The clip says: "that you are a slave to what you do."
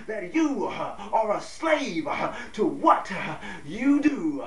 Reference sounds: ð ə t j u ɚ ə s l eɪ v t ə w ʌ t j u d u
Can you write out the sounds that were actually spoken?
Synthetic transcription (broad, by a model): ð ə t j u ɚ ə s l eɪ v t ə w ʌ t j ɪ d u